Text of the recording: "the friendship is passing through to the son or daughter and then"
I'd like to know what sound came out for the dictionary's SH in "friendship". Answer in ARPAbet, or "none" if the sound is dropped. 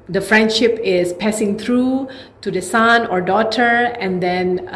SH